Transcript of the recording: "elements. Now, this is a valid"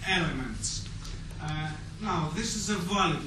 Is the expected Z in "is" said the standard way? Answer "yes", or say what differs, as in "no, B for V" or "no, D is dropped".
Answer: yes